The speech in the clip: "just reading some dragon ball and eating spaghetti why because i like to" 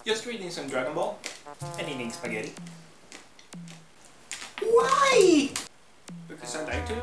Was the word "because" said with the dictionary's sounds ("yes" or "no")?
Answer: no